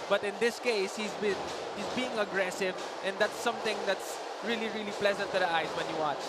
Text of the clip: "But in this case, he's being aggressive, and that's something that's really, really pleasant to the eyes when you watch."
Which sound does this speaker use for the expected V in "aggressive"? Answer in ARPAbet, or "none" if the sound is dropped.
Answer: V